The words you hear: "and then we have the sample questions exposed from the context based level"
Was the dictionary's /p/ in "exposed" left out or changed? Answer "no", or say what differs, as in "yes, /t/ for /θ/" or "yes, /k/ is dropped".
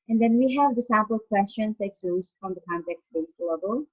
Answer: yes, /p/ is dropped